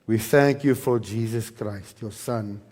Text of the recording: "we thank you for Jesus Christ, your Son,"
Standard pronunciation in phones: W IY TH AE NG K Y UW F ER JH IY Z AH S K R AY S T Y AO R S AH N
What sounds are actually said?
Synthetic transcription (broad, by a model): W IY TH AE NG K Y UW F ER JH IY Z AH S K R AY S T Y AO S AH N